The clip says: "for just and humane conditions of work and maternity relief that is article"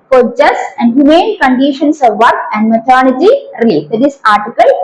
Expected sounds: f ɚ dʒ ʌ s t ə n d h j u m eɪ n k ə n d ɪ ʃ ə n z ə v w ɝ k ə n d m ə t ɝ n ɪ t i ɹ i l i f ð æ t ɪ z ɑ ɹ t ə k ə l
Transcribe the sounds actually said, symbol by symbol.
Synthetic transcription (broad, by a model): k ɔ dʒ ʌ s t ə n d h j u m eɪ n k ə n d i ʃ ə n s ə v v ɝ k ə n d m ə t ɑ l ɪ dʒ i ɹ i l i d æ t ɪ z ɑ ɹ t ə k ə l